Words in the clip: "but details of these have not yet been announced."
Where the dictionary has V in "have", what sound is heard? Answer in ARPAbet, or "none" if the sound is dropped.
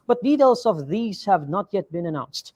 V